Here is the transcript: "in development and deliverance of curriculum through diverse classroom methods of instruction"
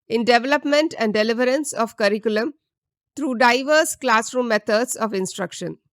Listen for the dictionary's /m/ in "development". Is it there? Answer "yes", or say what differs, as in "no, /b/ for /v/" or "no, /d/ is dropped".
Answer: yes